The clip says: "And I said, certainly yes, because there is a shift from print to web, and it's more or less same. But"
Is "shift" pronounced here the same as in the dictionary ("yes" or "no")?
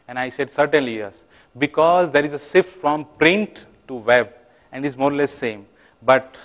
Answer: no